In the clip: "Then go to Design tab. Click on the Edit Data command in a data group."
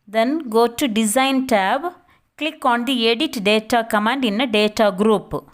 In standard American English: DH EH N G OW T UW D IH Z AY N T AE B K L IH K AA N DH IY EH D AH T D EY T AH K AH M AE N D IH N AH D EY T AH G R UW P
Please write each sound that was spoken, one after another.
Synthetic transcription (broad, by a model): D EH N G OW T UW D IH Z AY N T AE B K L IH K AA N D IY EH D AH T D EY T AH K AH M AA N D IH N AH D EY T AH G R UW P